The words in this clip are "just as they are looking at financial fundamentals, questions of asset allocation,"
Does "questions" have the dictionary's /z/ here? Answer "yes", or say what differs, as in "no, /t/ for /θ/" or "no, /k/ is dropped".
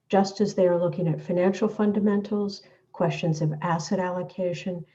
yes